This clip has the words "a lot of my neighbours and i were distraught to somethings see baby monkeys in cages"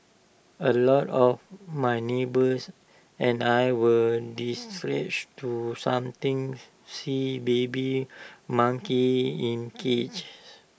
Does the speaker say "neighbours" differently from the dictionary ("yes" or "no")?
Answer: yes